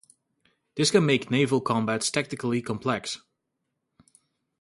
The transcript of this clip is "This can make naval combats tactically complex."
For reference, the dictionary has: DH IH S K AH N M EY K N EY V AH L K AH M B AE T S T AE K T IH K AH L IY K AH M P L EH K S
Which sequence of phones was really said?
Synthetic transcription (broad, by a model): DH IH S K AH N M EY K N EY V AH L K AH M B AE T S T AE K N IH K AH L IY K AH M P L EH K S